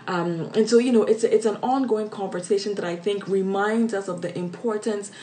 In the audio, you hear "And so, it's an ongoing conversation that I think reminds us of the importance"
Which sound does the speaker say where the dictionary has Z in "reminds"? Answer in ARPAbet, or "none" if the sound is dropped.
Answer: Z